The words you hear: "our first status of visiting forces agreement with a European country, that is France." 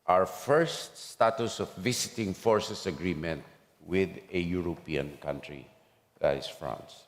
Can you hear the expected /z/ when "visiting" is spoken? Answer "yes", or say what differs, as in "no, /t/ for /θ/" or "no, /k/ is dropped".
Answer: no, /s/ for /z/